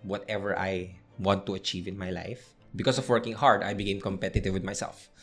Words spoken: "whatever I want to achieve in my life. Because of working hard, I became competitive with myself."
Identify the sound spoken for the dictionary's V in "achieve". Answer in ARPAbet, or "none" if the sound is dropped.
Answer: V